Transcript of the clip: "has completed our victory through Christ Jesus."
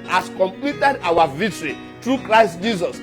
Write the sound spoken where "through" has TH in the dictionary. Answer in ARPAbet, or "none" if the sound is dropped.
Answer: T